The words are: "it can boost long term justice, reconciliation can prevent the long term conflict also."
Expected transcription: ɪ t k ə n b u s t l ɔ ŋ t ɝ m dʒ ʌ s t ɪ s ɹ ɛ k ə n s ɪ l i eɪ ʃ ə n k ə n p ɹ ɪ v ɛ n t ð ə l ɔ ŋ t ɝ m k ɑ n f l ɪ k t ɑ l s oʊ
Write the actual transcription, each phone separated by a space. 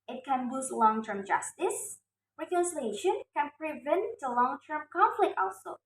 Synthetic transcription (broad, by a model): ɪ t k ə n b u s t l ɔ ŋ t ɝ m dʒ ʌ s t ɪ s ɹ ɛ k ə n s ɪ l i eɪ ʃ ə n k ə n p ɹ ɪ v ɛ n t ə l ɔ ŋ t ɝ m k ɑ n f l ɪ k t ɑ l s oʊ